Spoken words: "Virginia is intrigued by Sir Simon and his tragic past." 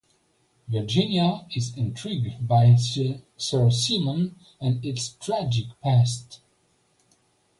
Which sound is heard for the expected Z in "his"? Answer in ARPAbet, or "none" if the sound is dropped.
S